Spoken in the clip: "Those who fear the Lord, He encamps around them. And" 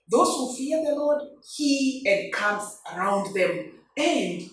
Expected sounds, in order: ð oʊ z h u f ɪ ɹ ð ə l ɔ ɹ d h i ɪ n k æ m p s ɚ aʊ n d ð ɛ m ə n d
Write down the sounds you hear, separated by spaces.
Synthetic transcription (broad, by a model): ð oʊ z h u f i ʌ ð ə l ɔ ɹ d h i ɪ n k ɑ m s ɚ aʊ n d ð ɛ m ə n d